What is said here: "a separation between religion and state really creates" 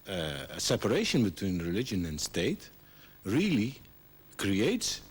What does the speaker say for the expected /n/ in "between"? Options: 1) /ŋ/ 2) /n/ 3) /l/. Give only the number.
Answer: 2